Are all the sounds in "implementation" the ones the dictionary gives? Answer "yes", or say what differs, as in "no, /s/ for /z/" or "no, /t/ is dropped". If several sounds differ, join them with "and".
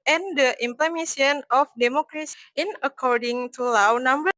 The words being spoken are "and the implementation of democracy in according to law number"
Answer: no, /ʃ/ is dropped